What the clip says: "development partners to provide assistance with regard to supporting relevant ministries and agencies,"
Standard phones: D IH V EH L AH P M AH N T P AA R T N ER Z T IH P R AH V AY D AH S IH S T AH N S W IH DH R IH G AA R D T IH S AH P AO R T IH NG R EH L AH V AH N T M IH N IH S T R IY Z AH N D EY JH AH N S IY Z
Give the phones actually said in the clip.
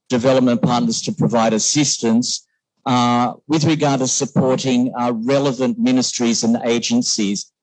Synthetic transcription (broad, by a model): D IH V EH L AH P M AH N P AA R T N ER Z T IH P R AH V AY D AH S IH S T AH N S W IH DH R IH G AA R D T IH S AH P AO R T IH NG R EH L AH V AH N M IH N IH S T R IY Z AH N EY JH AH N S IY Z